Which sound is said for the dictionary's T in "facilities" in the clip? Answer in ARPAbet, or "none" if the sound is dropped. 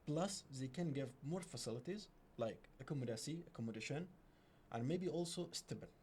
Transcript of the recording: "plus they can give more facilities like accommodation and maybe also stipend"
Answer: T